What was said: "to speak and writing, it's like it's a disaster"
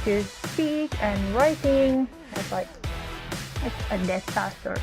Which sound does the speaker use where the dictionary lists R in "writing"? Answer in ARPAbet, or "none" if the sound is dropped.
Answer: R